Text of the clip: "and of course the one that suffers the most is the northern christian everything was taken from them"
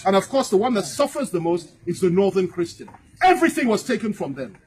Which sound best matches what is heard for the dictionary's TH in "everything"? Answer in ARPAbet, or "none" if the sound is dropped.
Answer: TH